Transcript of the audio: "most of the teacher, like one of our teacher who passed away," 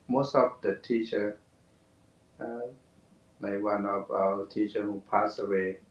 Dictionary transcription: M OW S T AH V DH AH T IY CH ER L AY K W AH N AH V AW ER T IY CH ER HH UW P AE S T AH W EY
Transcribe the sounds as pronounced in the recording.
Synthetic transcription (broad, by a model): M OW S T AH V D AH T IY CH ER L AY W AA N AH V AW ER T IY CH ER HH UW P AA S AH W EY